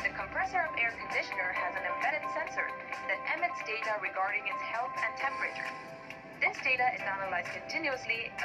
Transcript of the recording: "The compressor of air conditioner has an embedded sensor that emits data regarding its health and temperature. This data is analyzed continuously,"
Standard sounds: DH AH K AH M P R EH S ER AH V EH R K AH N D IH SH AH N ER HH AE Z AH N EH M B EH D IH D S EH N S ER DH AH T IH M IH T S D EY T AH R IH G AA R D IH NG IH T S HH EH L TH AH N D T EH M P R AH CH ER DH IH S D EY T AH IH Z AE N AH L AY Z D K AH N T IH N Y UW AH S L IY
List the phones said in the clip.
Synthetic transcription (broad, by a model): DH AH K AH M P R EH S ER AH V EH R K AH N D IH SH AH N ER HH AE Z AH N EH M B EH D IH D S EH N S ER DH AH T IH M IH T S D EY T AH R IH G AA R D IH NG IH T S HH EH L TH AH N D T EH M P R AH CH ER DH IH S D EY T AH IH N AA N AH L AY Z K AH N T IH N Y UW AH S L IY